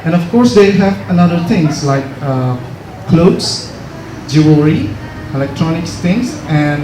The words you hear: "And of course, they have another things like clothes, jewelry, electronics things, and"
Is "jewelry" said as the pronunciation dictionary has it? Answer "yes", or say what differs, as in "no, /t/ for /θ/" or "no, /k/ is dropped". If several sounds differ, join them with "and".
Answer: no, /l/ is dropped